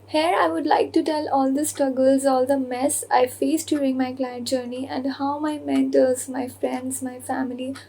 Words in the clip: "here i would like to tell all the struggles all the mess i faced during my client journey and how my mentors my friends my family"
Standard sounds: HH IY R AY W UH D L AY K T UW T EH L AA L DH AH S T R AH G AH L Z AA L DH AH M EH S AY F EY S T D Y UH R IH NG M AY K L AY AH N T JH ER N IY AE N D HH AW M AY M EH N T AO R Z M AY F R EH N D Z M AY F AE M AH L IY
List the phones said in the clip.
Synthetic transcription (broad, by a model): HH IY R AY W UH D L AY K T UW T EH L AA L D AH S T R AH G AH L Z AA L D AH M EH S AY F EY S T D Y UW R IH NG M AY K L AY AH N T JH ER N IY AE N D HH AW M AY M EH N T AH L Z M AY F R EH N D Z M AY F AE M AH L IY